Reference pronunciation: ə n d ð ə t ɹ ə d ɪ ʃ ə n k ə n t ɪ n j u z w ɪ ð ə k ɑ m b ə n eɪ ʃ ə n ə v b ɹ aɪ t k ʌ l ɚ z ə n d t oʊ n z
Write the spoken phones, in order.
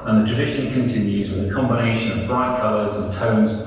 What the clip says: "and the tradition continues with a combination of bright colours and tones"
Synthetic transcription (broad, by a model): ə n ð ə t ɹ ə d ɪ ʃ ə n k ə n t ɪ n j u z w ɪ ð ə k ɑ m b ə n eɪ ʃ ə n ə v b ɹ aɪ t k ʌ l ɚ z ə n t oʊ n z